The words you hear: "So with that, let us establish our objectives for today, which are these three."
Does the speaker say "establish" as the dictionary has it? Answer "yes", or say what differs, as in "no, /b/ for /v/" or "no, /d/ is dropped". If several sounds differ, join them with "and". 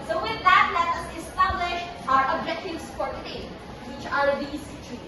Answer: yes